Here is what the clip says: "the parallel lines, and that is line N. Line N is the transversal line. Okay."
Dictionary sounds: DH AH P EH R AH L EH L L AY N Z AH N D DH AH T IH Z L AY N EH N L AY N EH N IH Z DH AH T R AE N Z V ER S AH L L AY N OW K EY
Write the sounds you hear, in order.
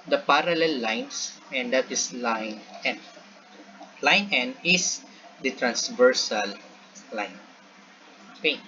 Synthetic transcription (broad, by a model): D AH P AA R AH L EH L L AY N S AH N D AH T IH S L AY N EH N L AY N EH N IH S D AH T R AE N S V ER S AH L L AY N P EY